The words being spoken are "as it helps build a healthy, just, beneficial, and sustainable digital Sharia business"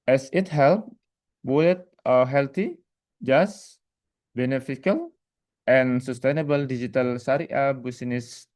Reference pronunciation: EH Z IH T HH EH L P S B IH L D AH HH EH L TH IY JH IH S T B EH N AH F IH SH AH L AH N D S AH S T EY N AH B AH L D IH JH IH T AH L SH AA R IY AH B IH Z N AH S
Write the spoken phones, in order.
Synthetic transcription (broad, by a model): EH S IH T HH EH L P B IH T AH HH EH L T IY JH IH S B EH N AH F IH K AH L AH N S AH S T EY N AH B AH L D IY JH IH T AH L S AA R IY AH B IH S N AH S